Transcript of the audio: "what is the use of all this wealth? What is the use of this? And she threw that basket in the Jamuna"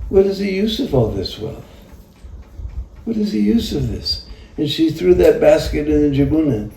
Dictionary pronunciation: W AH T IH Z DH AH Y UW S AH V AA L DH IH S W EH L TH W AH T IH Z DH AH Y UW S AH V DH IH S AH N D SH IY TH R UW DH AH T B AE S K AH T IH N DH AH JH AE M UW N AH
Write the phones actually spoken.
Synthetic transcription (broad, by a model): W AH T IH Z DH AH Y UW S AH V AA L DH IH S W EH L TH W AH T IH Z DH AH Y UW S AH V DH IH S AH N SH IY TH R UW DH AH T B AE S K AH T IH N DH AH JH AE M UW N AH